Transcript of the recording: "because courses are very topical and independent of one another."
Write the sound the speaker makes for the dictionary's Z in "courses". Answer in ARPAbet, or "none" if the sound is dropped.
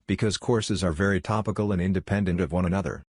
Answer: Z